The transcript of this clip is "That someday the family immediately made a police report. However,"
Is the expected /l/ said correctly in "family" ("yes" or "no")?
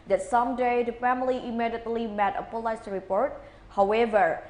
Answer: yes